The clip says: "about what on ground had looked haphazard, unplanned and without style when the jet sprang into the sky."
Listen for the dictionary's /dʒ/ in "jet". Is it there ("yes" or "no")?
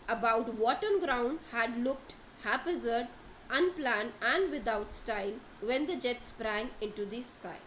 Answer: yes